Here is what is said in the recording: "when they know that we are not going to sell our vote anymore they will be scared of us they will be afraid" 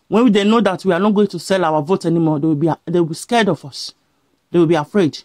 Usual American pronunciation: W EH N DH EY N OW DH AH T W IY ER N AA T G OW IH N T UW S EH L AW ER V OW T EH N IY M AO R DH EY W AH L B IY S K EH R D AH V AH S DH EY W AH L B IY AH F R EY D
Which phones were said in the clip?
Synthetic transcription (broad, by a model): W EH N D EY N OW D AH T W IY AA N AA T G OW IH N T UW S EH L AW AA V OW T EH N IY M AO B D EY W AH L B IY S K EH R D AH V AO S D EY W AH L B IY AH F R EY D